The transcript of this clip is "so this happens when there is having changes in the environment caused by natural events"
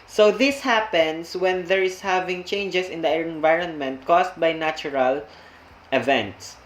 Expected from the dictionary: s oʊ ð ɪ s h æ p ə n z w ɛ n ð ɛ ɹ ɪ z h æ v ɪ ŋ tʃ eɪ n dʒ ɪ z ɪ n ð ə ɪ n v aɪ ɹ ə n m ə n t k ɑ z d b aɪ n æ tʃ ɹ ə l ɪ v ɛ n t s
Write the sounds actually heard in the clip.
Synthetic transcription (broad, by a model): s oʊ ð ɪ s h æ p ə n s w ɛ n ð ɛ ɹ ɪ s h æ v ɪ ŋ tʃ eɪ n dʒ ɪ s ɪ n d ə ɪ n v aɪ ɹ ə n m ə n t k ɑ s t b aɪ n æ tʃ ɹ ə l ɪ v ɛ n t s